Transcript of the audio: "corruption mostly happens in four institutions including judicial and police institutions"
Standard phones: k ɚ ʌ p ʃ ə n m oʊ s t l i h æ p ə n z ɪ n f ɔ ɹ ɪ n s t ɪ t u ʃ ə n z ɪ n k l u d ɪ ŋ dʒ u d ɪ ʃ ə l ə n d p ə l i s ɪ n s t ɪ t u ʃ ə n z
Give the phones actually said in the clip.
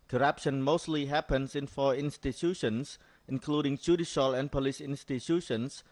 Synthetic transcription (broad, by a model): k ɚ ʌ p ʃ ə n m oʊ s t l i h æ p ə n s ɪ n f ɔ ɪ n s t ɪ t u ʃ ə n s ɪ n k l u d ɪ ŋ dʒ u d ɪ ʃ ə l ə n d p ə l i s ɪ n s t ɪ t u ʃ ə n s